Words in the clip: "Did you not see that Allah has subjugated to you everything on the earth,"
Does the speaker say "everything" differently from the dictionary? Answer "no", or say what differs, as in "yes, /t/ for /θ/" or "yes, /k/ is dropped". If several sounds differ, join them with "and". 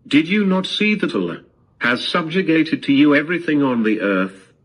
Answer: no